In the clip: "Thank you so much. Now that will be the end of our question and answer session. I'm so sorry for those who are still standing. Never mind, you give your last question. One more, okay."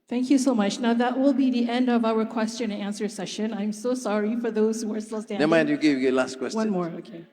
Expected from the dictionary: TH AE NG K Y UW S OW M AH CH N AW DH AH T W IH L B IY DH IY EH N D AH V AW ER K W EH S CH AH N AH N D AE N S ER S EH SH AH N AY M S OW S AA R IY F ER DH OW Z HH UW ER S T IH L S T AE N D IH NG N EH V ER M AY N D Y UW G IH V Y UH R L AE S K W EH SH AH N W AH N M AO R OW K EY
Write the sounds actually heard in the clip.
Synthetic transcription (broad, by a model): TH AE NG K Y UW S OW M AH CH N AW DH AH T W IH L B IY DH IY EH N D AH V AW ER K W EH S CH AH N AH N AE N S ER S EH SH AH N AY M S OW S AA R IY F ER DH OW Z HH UW ER S T IH L S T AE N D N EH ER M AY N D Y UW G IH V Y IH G L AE S K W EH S W AH N M AO R OW K EY